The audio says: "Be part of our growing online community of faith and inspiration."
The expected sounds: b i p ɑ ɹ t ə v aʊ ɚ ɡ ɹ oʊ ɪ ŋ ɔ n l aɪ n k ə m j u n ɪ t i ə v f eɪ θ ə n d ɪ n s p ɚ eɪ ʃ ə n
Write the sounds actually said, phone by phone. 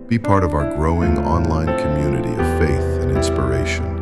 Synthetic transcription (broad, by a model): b i p ɑ ɹ t ə v aʊ ɚ ɡ ɹ oʊ ɪ ŋ ɔ n l aɪ n k ə m j u n ɪ t i ə v f eɪ θ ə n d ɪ n s p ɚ eɪ ʃ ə n